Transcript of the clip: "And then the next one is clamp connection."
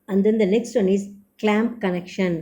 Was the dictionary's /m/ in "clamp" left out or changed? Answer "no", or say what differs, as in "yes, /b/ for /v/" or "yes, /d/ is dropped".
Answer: no